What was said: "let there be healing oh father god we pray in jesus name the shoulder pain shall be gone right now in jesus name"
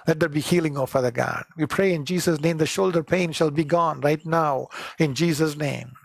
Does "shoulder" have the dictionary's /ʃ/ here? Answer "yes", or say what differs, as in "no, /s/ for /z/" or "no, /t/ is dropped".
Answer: yes